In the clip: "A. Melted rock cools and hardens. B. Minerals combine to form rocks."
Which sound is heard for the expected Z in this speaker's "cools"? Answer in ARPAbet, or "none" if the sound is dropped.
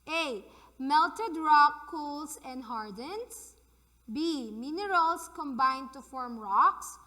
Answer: S